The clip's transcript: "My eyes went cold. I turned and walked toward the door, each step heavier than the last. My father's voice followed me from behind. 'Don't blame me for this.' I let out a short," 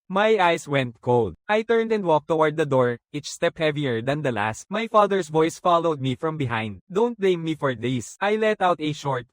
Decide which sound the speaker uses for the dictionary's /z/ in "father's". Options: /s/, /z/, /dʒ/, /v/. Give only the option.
/s/